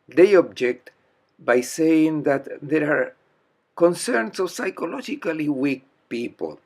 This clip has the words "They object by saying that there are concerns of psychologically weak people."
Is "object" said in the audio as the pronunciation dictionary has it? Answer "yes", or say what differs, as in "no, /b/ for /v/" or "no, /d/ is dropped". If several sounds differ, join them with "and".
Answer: yes